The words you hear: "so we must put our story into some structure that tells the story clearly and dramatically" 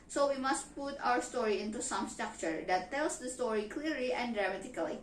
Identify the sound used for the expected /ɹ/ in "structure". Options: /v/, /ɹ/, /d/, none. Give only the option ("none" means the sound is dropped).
/ɹ/